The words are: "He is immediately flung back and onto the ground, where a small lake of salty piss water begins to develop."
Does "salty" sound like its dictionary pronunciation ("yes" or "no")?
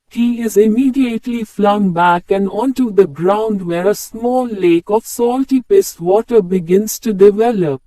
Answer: yes